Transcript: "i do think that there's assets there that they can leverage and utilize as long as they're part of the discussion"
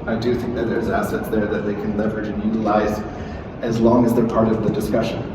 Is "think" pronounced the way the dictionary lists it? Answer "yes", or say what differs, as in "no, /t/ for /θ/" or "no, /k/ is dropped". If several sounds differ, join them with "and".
yes